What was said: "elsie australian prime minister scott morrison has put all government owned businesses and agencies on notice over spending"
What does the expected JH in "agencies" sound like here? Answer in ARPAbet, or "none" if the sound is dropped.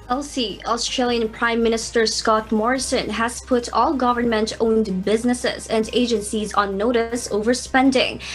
JH